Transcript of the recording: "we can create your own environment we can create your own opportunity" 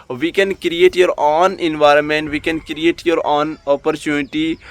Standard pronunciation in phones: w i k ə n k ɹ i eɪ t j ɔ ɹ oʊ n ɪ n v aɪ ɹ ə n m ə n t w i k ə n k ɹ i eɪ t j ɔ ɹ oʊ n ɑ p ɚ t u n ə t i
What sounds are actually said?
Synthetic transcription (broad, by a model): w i k ə n k ɹ i eɪ t j ɔ ɹ oʊ n ɪ n v aɪ ɹ ə n m ə n t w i k ə n k ɹ i eɪ t j ɔ ɹ oʊ n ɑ p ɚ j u n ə t i